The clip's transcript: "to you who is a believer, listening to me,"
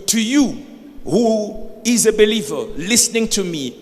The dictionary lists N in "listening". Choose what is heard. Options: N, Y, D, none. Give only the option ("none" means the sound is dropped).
N